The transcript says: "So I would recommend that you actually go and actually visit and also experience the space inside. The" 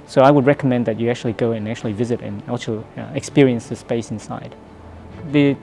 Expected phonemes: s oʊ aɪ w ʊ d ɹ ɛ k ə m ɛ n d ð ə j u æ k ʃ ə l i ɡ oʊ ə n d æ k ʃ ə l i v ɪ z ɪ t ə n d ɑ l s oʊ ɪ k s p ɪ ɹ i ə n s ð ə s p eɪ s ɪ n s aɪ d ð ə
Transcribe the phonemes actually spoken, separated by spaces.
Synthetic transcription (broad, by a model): s oʊ aɪ w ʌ d ɹ ɛ k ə m ɛ n ð ə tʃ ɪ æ k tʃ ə l i ɡ oʊ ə n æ k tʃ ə l i v ɪ z ɪ t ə n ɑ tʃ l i ɪ k s p ɪ ɹ i ə n s ð ə s p eɪ s ɪ n s aɪ d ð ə